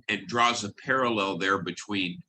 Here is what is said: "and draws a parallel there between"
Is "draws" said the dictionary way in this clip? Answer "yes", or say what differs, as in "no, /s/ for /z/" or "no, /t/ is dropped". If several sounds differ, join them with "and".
yes